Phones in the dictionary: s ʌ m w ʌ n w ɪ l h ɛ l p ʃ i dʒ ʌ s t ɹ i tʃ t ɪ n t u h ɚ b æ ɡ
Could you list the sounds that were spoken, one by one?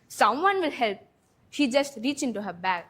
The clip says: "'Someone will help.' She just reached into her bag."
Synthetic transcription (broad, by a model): s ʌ m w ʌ n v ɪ l h ɛ l p ʃ i dʒ ʌ s t ɹ i tʃ ɪ n t u h ɚ b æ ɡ